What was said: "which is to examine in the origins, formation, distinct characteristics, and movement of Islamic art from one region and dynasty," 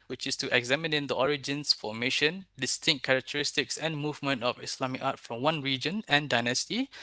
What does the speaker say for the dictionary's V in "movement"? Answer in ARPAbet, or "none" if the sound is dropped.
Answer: V